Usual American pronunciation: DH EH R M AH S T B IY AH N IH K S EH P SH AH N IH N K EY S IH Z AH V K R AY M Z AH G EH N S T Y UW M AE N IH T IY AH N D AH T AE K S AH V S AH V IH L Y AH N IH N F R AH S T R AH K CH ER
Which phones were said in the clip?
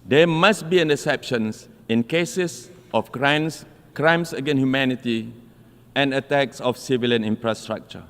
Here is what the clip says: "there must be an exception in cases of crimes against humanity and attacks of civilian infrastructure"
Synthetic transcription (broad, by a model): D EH M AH S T B IY AH N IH S EH P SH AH N IH N K EY S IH S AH F K R AY M S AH G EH N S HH Y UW M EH N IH T IY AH N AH T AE K S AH F S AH V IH L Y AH N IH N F R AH S T R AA K CH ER